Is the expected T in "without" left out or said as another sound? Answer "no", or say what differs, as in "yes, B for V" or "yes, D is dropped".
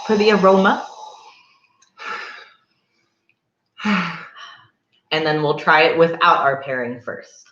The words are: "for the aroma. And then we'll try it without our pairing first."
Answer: no